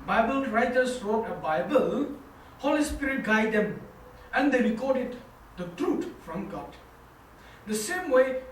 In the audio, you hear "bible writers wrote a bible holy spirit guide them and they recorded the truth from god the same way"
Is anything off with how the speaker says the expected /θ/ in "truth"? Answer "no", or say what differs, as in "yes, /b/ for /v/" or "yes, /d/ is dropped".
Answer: yes, /t/ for /θ/